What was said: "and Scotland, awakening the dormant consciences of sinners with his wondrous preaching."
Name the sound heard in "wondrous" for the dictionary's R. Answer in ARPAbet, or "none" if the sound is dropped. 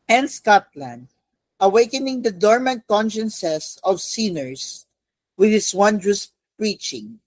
R